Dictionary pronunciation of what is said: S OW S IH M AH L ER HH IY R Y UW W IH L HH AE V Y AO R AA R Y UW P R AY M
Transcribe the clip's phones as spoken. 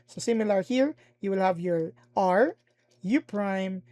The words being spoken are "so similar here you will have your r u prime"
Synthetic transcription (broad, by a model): S OW S IH M AH L ER HH IY R Y UW W IH L HH AE V Y AO R AA R Y UW P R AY M